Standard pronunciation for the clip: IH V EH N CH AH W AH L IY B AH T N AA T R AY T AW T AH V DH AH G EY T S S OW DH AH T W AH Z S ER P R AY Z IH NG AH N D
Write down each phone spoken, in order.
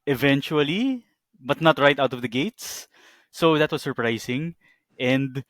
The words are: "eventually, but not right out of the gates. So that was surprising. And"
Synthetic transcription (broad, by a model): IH V EH N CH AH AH L IY B AH T N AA T R AY T AW T AH V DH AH G EY T S S OW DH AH T W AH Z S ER P R AY S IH NG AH N D